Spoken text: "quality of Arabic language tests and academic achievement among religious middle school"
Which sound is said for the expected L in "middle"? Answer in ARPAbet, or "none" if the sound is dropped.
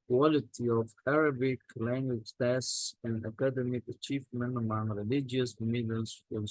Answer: N